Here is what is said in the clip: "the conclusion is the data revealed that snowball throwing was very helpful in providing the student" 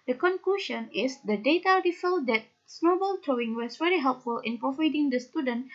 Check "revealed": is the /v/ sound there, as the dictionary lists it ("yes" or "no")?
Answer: no